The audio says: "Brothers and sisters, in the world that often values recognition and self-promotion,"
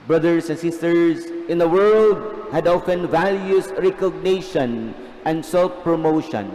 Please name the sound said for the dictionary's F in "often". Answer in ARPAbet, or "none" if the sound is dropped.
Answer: F